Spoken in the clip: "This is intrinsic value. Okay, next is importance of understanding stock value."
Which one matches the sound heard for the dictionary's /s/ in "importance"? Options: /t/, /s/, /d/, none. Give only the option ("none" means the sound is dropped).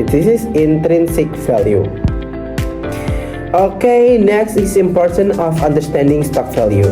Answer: none